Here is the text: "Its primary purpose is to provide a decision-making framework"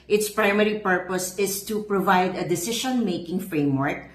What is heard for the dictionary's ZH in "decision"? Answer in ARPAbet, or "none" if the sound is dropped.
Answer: SH